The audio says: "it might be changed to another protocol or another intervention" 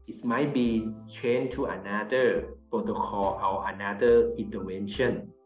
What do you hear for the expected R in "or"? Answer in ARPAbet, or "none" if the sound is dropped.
W